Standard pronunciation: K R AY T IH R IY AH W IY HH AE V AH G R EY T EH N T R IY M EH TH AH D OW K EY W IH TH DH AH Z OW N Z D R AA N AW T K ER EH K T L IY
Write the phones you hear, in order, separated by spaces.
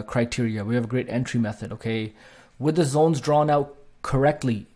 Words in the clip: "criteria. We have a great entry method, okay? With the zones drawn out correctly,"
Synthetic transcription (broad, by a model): K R AY T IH R IY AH W IY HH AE V AH G R EY T EH N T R IY M EH TH AH D OW K EY W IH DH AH Z OW N Z D R AA N AW T K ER EH K T L IY